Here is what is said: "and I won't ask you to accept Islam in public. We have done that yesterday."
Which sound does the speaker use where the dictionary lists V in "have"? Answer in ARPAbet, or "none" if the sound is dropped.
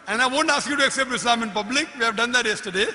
V